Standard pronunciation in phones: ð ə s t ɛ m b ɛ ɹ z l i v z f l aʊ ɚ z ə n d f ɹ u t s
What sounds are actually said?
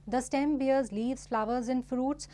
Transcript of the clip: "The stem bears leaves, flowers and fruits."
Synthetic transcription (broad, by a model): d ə s t ɛ m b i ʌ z l i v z f l aʊ ɚ z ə n f ɹ u t s